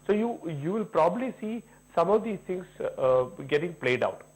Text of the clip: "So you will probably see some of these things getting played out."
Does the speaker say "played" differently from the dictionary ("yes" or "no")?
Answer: no